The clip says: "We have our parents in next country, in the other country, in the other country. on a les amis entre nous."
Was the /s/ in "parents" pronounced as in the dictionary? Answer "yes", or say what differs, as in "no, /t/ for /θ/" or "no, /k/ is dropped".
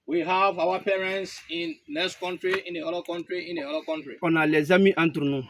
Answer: yes